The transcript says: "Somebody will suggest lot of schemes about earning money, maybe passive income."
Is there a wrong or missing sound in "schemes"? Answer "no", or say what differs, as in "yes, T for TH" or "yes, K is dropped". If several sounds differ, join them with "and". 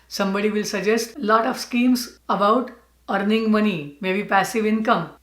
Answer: yes, S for Z